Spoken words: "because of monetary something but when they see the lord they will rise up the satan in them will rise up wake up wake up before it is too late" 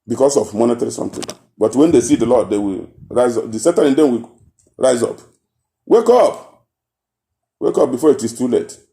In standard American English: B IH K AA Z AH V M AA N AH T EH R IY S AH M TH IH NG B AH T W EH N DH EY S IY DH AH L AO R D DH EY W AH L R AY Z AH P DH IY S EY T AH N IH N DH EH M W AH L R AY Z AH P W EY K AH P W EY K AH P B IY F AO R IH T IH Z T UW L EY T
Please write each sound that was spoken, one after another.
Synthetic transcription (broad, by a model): B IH K AA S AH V M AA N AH T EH R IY S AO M T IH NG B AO T W EH N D EY S IY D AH L AO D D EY W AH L R AY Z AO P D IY S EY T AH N IH N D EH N W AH R AY Z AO P W EY K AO P W EY K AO P B IY F AO R IH T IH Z T UW L EY T